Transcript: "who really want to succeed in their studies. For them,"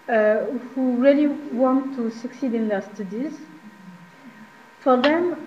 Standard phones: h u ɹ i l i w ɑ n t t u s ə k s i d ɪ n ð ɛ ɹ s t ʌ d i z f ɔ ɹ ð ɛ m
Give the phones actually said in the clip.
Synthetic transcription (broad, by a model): h u ɹ i l i w ɑ n t t u s ə k s i d ɪ n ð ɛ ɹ s t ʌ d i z f ɔ ɹ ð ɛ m